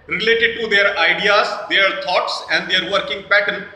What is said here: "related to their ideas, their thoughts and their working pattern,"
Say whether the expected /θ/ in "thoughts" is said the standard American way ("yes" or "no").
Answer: no